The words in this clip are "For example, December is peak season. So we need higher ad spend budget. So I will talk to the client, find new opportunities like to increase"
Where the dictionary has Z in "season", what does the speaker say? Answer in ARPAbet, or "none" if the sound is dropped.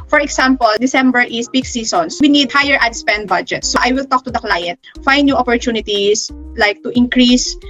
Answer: S